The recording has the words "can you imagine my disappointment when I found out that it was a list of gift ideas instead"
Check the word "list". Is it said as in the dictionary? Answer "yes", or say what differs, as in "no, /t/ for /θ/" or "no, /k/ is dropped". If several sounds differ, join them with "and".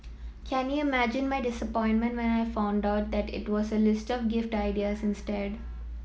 yes